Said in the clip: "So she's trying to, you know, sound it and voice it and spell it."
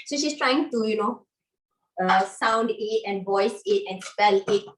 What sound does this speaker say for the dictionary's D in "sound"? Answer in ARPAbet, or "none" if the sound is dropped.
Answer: D